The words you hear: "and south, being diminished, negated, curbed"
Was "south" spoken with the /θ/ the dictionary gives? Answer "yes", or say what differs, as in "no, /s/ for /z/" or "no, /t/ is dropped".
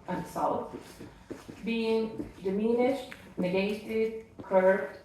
no, /f/ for /θ/